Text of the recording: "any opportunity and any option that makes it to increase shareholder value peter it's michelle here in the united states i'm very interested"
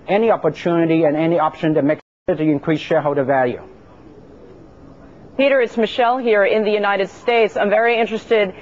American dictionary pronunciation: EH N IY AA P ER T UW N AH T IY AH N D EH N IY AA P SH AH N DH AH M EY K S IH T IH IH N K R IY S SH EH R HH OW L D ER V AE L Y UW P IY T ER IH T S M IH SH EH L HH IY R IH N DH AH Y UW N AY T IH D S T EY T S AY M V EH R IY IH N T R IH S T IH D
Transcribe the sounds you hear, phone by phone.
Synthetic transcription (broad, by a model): EH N IY AA P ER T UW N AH T IY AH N EH N IY AA P SH AH N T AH M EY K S IH T IH IH N K R IY S SH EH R HH OW D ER V AE L Y UW P IY T ER IH T S M IH SH EH L HH IY R IH N DH AH Y UW N AY T IH D S T EY T S AY M V EH R IY IH N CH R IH S T IH D